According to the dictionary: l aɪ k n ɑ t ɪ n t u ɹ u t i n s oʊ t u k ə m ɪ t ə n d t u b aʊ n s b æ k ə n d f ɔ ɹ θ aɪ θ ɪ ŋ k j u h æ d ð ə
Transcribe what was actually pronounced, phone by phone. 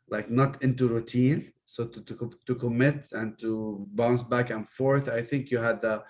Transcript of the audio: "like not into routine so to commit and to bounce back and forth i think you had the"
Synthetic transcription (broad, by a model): l aɪ k n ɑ t ɪ n t u ɹ u t i n s oʊ t u k ə m ɪ t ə n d t u b aʊ n s b æ k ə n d f ɔ ɹ θ aɪ θ ɪ ŋ k j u h æ d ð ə